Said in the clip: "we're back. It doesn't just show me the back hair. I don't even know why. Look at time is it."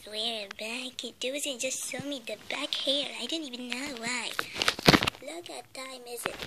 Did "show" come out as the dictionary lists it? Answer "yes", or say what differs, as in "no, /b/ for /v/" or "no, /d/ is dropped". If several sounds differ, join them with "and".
no, /s/ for /ʃ/